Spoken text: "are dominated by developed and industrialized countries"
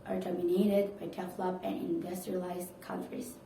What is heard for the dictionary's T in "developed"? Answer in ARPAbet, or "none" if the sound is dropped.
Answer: none